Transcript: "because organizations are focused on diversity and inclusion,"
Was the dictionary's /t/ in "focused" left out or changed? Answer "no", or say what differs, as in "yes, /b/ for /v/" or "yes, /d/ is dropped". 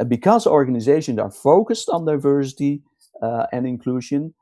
no